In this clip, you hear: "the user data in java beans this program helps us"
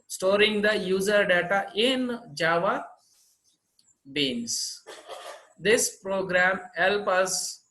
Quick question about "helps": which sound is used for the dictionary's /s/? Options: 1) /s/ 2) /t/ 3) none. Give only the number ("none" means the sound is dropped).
3